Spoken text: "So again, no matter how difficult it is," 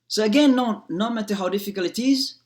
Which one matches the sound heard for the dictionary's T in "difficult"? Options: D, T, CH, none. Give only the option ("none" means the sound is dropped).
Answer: none